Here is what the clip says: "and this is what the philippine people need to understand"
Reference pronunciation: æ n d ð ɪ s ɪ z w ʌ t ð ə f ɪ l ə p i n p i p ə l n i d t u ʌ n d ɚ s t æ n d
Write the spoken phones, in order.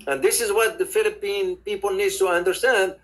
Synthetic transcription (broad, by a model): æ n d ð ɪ s ɪ z w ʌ t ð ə f ɪ l ə p i n p i p ə l n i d t u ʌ n d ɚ s t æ n d